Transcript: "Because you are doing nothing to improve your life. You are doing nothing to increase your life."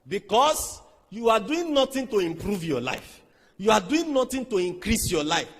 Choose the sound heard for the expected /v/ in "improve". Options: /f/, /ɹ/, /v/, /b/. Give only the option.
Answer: /v/